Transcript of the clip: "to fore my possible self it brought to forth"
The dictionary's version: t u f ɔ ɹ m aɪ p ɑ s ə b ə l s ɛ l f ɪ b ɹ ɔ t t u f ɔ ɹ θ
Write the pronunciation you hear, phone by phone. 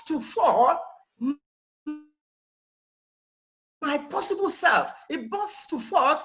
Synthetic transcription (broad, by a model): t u f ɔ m m aɪ p ɑ s ə b ə l s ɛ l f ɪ b ɔ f t u f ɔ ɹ